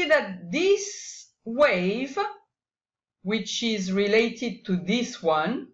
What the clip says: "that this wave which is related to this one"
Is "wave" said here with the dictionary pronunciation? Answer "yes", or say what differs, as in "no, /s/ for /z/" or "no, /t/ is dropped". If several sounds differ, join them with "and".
yes